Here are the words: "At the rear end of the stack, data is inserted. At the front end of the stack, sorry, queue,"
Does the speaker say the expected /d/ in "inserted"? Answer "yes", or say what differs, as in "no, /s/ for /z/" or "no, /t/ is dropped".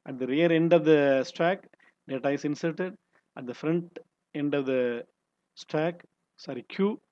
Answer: yes